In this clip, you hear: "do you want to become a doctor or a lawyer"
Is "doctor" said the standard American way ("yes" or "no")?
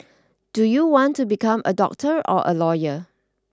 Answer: yes